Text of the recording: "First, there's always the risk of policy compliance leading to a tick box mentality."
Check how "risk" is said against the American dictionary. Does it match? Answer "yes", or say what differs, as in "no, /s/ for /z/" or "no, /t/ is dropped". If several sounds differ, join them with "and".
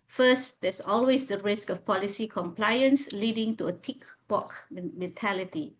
yes